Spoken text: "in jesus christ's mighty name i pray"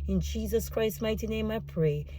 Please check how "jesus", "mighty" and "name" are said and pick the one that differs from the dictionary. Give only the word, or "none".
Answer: none